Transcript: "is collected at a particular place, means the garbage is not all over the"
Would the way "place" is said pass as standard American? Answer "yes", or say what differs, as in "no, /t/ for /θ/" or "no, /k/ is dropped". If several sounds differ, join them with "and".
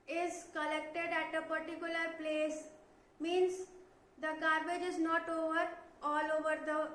yes